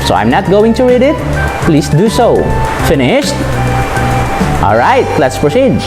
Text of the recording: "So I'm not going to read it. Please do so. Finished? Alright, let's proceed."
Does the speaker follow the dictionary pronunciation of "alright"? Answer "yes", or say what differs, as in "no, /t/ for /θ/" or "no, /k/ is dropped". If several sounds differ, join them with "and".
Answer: yes